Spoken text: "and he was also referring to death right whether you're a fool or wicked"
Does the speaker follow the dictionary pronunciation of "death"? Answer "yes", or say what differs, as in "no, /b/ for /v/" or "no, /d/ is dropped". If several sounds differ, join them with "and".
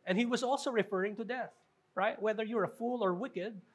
yes